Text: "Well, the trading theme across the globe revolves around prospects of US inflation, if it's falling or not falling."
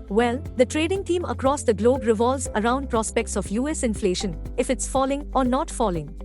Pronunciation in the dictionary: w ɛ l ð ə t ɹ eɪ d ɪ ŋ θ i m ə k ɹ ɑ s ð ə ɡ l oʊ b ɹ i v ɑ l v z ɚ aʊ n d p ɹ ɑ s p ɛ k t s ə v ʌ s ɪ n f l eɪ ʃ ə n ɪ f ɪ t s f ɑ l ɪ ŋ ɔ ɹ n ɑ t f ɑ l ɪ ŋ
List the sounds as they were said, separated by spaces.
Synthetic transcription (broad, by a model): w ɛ l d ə t ɹ eɪ d ɪ ŋ t i m ə k ɹ ɑ s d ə ɡ l oʊ b ɹ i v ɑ l z ɚ aʊ n d p ɹ ɑ s p ɛ k t s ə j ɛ s ɪ n f l eɪ ʃ ə n ɪ f ɪ t s f ɑ l ɪ ŋ ɔ ɹ n ɑ t f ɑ l ɪ ŋ